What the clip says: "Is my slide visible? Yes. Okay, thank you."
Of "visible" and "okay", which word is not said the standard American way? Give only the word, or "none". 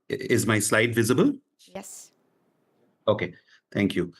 none